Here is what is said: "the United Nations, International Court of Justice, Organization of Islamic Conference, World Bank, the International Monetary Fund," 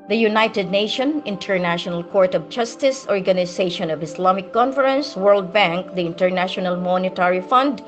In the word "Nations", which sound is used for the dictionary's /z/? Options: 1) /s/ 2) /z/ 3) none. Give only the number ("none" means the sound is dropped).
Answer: 3